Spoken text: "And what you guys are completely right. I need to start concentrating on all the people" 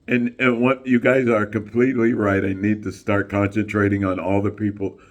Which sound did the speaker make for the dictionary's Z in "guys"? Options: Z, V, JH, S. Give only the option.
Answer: Z